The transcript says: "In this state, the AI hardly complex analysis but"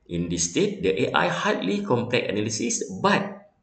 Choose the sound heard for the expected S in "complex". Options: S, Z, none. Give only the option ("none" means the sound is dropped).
none